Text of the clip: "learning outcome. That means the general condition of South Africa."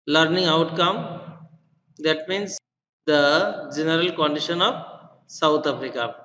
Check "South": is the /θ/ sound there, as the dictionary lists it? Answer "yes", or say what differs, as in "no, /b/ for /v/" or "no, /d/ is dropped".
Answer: no, /t/ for /θ/